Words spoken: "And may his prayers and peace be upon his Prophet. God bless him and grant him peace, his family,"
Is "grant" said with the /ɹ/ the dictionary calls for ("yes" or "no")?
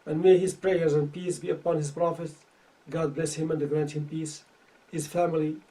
yes